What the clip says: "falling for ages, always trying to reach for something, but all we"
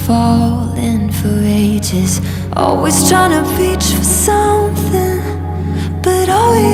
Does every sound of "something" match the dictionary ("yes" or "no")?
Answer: yes